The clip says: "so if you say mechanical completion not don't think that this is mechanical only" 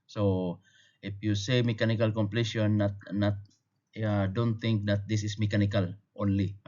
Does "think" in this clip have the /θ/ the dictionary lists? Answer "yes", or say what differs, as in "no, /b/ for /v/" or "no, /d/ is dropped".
no, /t/ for /θ/